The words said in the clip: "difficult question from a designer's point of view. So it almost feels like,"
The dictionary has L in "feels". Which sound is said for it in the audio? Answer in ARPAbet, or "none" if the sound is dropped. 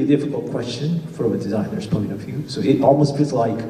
none